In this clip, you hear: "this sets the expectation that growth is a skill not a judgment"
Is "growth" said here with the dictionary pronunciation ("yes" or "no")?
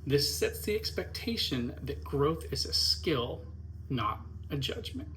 yes